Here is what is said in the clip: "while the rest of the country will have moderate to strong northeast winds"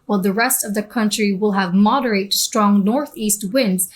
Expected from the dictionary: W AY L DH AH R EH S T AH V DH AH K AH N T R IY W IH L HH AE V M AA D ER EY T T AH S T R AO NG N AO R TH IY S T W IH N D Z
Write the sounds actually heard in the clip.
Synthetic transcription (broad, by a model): W AY L DH AH R EH S T AH V DH AH K AH N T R IY W IH L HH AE V M AA D ER EY T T S T R AO NG N AO R TH IY S T W IH N D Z